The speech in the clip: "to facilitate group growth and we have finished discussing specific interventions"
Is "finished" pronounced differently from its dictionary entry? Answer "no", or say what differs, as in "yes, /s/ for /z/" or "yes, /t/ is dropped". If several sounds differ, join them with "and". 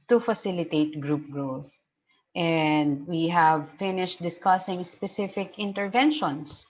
no